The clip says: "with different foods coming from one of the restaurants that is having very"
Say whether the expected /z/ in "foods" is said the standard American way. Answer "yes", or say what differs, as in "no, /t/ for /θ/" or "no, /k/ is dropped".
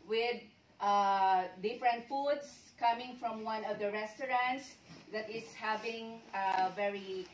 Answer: no, /s/ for /z/